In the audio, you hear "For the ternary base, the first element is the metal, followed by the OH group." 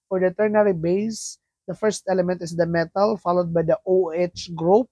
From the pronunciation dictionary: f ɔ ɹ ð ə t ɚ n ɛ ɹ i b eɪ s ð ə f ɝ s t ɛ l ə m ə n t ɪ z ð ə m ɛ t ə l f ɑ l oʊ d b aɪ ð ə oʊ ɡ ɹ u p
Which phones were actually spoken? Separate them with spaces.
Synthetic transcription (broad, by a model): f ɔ ɹ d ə t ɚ n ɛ ɹ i b eɪ s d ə f ɝ s t ɛ l ə m ə n t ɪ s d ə m ɛ t ə l f ɑ l oʊ d b aɪ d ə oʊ ɡ ɹ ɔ p